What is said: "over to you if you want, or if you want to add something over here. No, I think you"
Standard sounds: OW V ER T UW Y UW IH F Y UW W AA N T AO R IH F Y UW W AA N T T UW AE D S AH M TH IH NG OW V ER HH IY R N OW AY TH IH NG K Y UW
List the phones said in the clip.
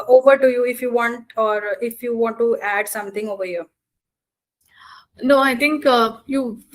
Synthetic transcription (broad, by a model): OW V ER T UW Y UW IH F Y UW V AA N T AO R IH F Y UW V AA N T T UW AE D S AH M T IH NG OW V ER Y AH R N OW AY T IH NG K Y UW